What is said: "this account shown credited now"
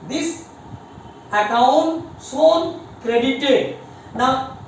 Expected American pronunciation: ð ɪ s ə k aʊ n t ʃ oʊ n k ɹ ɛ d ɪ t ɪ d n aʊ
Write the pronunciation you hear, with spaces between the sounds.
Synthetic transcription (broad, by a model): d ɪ s ə k aʊ n t s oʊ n k ɹ ɛ d ɪ t ɪ d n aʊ